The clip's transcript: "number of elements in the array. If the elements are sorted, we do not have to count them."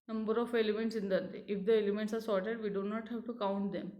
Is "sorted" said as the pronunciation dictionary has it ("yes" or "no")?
yes